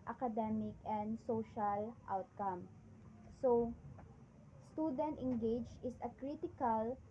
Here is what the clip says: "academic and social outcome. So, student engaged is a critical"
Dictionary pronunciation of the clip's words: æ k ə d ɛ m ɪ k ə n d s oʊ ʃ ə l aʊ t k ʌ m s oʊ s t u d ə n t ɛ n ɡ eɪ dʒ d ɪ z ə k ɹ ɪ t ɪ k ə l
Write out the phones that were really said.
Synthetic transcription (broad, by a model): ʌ k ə d ɛ m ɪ k ə n d s oʊ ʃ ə l aʊ t k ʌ m s oʊ s t u d ə n t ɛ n ɡ eɪ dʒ ɪ s ə k ɹ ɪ t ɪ k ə l